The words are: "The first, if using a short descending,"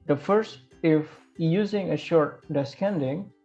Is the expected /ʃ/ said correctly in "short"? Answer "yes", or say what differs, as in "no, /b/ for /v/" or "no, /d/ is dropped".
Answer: yes